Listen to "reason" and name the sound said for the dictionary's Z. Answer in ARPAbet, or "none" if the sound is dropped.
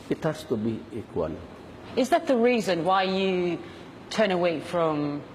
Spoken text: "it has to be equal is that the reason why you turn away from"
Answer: Z